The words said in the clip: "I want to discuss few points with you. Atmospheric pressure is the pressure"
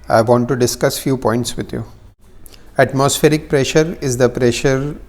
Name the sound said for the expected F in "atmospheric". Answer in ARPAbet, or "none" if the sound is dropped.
F